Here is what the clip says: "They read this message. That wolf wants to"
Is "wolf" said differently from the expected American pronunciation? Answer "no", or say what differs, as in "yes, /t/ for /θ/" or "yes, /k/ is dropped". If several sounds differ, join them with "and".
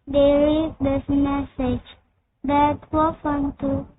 yes, /l/ is dropped